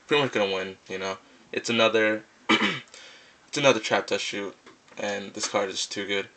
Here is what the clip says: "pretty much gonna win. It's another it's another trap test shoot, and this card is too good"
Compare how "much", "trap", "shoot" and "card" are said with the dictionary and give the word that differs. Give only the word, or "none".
none